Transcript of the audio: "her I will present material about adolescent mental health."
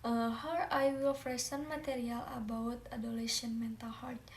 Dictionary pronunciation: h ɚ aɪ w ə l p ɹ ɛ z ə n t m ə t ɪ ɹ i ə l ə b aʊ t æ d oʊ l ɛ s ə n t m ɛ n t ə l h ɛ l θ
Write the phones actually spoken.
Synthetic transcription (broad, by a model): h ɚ aɪ w ə l f ɹ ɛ s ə n m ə t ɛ ɹ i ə l ə b aʊ t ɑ d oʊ l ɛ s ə n m ɛ n t ə l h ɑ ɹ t